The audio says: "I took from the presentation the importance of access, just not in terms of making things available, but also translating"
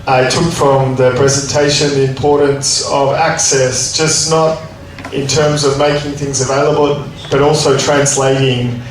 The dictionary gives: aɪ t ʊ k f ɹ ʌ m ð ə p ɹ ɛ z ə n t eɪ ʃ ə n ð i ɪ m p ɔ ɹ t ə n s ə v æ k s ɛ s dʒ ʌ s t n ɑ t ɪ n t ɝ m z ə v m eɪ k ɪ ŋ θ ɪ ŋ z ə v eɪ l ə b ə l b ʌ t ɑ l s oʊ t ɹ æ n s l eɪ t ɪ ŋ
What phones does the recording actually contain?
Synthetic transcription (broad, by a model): aɪ t ʊ k f ɹ ʌ m ð ə p ɹ ɛ z ə n t eɪ ʃ ə n ð i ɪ m p ɔ ɹ t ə n s ə v æ k s ɛ s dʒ ʌ s n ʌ t ɪ n t ɝ m z ə v m eɪ k ɪ ŋ θ ɪ ŋ z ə v eɪ l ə b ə l b ʌ t ɑ l s oʊ t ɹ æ n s l eɪ t ɪ ŋ